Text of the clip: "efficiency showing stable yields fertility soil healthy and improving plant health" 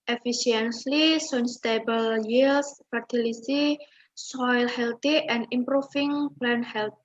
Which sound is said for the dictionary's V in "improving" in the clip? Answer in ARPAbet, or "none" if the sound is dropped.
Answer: F